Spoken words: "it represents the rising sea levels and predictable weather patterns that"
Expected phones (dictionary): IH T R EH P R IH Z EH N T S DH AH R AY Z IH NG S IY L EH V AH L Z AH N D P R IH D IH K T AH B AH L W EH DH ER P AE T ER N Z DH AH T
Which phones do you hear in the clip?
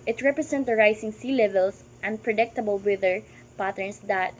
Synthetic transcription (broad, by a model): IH T R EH P R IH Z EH N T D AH R AY S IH NG S IY L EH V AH L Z AH N D P R IH D IH K T AH B AH L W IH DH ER P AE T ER N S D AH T